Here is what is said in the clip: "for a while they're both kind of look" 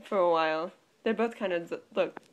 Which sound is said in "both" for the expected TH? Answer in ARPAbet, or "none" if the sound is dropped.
TH